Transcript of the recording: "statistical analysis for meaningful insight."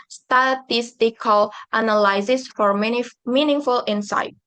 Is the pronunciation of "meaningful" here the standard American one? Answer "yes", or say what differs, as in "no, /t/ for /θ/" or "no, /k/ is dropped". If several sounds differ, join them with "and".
yes